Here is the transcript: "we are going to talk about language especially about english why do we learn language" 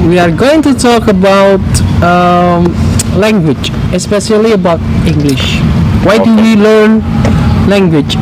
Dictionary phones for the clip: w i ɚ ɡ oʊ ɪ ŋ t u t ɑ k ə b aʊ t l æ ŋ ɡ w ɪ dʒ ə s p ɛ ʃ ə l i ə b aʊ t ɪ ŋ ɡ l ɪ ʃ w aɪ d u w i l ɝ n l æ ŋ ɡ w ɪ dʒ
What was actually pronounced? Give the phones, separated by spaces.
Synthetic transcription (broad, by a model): w i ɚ ɡ oʊ ɪ ŋ t u t ɑ k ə b aʊ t l æ ŋ ɡ w ɪ dʒ ə s p ɛ ʃ ə l i ə b aʊ t ɪ ŋ ɡ l ɪ ʃ w aɪ d u w i l ɝ n l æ ŋ ɡ w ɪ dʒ